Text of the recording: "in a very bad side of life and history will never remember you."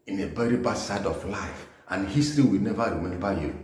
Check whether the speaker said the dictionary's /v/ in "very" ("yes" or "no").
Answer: no